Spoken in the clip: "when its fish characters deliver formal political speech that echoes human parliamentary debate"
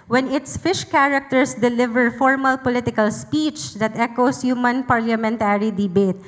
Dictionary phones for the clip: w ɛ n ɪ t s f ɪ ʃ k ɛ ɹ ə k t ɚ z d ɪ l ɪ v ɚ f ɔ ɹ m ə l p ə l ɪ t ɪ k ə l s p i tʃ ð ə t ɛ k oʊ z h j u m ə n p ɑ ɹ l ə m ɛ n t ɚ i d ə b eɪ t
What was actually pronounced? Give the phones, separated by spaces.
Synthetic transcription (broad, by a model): w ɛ n ɪ t s f ɪ ʃ k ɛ ɹ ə k t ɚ s d ɪ l ɪ v ɚ f ɔ ɹ m ə l p ə l ɪ t ɪ k ə l s p i tʃ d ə t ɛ k oʊ s h j u m ə n p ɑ ɹ l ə m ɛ n t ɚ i d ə b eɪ t